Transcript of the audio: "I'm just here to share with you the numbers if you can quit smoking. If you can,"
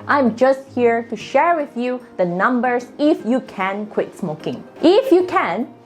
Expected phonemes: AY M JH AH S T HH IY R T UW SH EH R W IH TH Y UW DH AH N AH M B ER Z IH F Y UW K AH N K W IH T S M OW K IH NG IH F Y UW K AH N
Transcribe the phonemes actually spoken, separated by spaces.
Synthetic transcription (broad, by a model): AY M JH AH S T HH IY R T UW SH EH R W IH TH Y UW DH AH N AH M B ER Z IH F Y UW K AH N K W IH T S M OW K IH NG IH F Y UW K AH N